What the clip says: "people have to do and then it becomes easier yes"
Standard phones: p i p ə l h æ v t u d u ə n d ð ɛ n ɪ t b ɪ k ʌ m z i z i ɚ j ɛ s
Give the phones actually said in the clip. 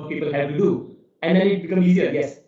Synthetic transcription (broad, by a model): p i p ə l h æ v t u d u ə n d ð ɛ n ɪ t b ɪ k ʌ m i z i ɚ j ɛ s